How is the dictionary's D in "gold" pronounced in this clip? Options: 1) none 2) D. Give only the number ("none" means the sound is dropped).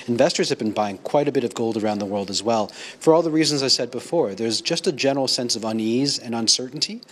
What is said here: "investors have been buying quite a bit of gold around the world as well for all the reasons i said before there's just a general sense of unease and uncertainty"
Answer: 2